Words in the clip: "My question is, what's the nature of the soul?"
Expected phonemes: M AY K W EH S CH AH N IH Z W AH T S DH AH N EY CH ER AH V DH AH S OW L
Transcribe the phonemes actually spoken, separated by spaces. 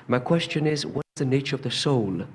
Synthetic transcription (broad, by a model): M AY K W EH S CH AH N IH Z W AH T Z DH AH N EY CH ER AH V DH AH S OW L